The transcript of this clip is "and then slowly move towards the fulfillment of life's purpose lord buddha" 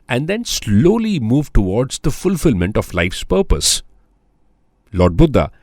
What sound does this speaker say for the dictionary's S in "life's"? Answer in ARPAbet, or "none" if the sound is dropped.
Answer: S